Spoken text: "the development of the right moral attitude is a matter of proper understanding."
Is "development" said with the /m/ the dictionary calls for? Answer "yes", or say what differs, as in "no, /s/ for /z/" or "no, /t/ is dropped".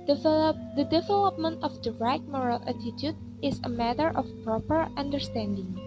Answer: yes